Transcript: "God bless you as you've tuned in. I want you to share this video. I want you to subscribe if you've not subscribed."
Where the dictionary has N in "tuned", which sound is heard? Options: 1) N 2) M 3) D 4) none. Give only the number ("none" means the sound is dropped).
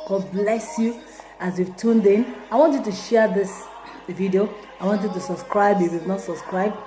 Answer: 1